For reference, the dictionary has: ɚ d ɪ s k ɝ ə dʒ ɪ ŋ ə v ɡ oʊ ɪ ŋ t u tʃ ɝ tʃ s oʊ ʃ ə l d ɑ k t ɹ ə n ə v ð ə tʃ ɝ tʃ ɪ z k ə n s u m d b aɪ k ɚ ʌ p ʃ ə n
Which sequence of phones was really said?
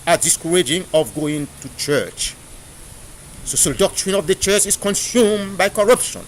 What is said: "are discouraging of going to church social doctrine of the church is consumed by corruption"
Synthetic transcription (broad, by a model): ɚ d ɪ s k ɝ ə dʒ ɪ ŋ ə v ɡ oʊ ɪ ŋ t u tʃ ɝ tʃ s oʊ s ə d ɑ k t ɹ ə n ə v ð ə tʃ ɝ tʃ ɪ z k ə n s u m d b aɪ k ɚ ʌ p ʃ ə n